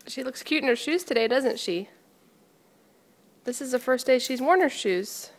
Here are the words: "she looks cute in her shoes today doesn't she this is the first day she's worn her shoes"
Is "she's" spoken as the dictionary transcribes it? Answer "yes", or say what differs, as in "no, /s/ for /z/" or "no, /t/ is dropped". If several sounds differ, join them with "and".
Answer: yes